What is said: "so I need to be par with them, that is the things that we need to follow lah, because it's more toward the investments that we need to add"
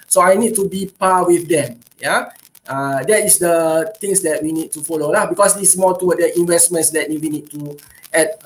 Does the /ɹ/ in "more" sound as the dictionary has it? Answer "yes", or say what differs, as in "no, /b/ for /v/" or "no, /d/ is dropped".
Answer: no, /l/ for /ɹ/